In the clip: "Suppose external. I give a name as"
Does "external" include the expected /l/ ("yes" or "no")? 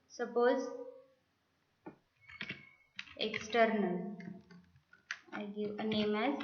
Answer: yes